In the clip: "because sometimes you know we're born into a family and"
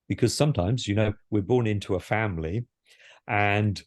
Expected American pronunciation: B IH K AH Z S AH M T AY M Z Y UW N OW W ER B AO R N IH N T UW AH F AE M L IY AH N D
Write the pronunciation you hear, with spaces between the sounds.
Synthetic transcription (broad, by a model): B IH K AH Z S AH M T AY M Z Y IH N OW W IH B AO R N IH N T UW AH F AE M L IY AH N